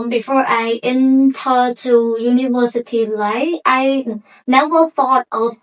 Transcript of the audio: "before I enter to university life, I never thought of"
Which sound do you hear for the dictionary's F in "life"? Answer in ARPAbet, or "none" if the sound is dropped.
none